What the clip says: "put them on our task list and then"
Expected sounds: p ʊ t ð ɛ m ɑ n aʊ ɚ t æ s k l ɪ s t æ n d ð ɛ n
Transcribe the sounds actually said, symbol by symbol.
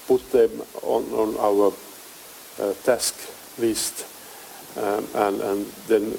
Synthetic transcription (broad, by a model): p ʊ t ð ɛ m ɑ n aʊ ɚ t æ s k l ɪ s t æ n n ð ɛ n